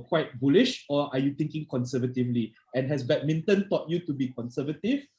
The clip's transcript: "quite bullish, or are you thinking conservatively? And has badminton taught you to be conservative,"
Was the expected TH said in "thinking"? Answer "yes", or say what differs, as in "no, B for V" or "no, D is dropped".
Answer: no, T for TH